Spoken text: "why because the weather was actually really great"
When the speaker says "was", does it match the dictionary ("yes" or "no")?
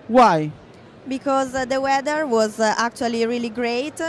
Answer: yes